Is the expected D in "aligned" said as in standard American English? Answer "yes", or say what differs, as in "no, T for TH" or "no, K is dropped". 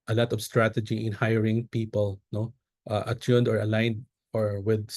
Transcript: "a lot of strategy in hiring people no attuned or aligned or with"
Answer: yes